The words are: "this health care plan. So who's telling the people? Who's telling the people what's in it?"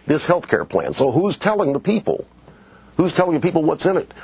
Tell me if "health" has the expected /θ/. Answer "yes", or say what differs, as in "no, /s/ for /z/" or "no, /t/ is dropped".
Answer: yes